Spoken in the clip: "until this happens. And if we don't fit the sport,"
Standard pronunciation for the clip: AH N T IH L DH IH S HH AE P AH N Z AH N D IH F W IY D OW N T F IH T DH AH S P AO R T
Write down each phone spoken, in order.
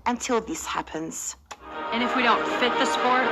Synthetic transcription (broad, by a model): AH N T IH L DH IH S HH AE P AH N Z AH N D IH F W IY D OW N T F IH T DH AH S P AO R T